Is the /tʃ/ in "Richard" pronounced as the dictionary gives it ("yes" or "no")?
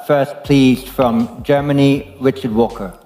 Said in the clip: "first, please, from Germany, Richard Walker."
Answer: yes